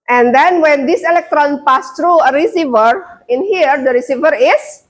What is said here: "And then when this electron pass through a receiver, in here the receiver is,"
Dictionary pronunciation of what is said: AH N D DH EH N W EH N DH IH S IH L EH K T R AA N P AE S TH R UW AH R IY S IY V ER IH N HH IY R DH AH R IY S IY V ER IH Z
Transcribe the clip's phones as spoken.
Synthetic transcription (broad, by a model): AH N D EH N W EH N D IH S IH L EH K T R AA N P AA S T R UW AH R IY S IY V ER IH N HH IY R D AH R IY S IY V ER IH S